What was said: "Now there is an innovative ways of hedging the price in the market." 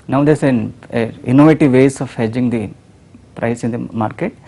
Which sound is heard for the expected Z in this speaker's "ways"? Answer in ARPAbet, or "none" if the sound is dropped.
S